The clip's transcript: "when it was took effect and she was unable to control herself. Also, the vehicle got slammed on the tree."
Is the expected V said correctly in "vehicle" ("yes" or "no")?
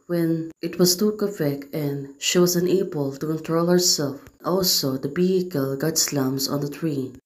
no